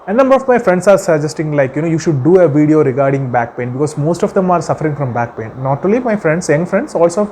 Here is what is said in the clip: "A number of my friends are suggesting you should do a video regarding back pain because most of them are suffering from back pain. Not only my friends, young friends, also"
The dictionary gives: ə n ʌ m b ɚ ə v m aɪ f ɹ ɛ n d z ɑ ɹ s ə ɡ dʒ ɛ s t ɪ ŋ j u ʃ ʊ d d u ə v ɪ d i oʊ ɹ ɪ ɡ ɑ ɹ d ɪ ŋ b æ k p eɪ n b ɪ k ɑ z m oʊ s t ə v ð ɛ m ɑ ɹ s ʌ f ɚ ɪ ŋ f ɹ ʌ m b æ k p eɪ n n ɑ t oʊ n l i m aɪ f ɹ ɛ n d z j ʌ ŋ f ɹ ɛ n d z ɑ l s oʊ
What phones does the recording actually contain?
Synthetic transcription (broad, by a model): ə n ʌ m b ɚ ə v m aɪ f ɹ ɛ n d s ɑ ɹ s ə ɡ dʒ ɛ s t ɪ ŋ j u ʃ ʊ d d u ə v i d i oʊ ɹ ɪ ɡ ɑ ɹ d ɪ ŋ b æ k p eɪ n b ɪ k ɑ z m oʊ s t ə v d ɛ m ɑ ɹ s ʌ f ɚ ɪ ŋ f ɹ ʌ m b æ k p eɪ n n ɑ t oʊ l i m aɪ f ɹ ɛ n d s j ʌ ŋ f ɹ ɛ n d s ɑ l s oʊ